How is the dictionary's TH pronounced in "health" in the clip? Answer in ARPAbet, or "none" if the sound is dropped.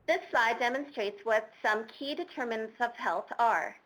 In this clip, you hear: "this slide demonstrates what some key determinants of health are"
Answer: TH